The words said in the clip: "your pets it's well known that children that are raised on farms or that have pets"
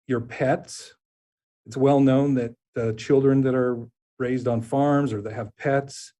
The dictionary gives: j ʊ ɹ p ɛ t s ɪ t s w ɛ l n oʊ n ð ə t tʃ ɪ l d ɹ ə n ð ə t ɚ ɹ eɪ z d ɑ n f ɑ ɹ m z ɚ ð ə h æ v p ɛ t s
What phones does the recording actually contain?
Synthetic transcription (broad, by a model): j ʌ ɹ p ɛ t s ɪ t s w ɛ l n oʊ n ð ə t tʃ ɪ l d ɹ ə n ð ə t ɚ ɹ eɪ z d n f ɑ ɹ m z ɚ ð ə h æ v p ɛ t s